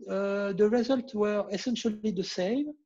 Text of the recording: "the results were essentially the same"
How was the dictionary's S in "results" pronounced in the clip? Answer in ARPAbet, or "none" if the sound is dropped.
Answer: none